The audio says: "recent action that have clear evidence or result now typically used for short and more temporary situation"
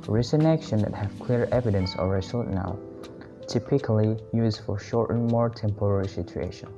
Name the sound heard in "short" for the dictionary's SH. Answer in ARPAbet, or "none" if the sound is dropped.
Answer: SH